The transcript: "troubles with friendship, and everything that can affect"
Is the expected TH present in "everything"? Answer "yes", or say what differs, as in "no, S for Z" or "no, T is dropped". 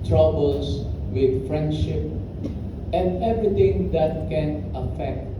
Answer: no, T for TH